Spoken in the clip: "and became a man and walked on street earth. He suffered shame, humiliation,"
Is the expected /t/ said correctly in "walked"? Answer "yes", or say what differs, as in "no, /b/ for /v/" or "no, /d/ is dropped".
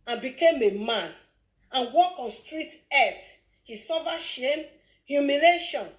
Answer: no, /t/ is dropped